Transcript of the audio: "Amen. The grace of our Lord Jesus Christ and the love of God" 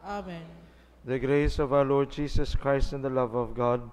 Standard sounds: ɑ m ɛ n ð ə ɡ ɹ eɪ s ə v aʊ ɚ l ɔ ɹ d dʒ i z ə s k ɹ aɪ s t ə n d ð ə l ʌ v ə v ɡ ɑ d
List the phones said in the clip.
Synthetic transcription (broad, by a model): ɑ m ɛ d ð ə ɡ ɹ eɪ s ə v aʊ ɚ l ɔ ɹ d dʒ i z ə s k ɹ aɪ s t ə n d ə l ʌ v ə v ɡ ɑ d